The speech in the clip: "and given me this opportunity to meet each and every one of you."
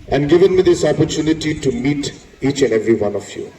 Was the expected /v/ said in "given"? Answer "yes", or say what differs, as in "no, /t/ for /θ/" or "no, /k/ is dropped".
yes